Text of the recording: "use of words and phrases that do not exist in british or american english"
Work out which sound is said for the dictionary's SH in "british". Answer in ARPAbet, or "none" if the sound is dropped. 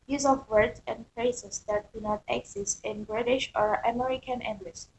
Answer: SH